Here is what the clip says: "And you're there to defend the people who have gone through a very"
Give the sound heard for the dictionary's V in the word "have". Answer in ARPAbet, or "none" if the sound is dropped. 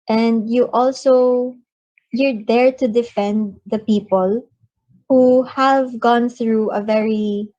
V